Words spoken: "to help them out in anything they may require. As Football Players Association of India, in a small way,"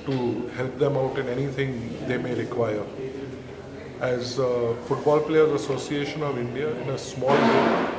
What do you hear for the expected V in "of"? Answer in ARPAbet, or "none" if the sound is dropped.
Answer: V